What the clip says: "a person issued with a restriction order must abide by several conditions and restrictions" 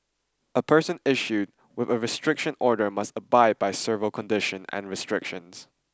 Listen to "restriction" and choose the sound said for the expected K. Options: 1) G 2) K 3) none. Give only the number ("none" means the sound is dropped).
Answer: 2